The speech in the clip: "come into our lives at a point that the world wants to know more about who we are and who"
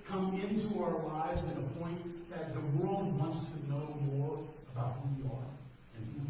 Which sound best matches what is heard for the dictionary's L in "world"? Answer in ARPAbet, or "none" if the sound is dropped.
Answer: L